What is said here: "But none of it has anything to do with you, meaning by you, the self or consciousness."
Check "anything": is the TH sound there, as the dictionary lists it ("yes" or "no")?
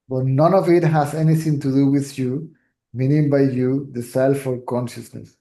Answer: no